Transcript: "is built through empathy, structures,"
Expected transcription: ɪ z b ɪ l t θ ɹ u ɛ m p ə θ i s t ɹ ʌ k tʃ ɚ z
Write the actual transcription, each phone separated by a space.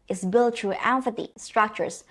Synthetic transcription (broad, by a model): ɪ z b ɪ l t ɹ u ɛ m f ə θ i s t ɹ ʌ k tʃ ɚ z